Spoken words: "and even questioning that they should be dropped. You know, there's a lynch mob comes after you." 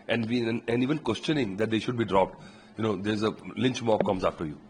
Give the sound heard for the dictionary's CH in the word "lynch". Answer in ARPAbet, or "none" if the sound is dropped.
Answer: CH